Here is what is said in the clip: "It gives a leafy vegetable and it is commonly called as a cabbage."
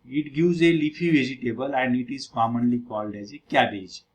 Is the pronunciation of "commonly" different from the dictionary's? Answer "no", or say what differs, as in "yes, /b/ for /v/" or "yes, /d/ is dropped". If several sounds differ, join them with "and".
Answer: no